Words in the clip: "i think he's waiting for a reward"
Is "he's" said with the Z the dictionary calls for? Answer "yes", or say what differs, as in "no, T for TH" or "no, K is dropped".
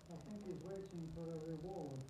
yes